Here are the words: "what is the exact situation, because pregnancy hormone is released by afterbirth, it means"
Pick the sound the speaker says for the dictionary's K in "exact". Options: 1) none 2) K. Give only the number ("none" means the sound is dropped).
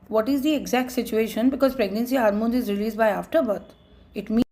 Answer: 2